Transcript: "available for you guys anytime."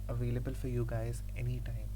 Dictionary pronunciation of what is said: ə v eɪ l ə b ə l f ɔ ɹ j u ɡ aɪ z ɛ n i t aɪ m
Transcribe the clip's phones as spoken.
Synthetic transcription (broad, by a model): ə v eɪ l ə b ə l f ɔ ɹ j u ɡ aɪ z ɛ n i t aɪ m